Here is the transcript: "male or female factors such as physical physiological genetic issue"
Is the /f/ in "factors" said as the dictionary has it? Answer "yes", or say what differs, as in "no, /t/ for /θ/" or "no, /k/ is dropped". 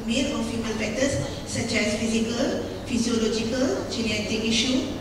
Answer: no, /p/ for /f/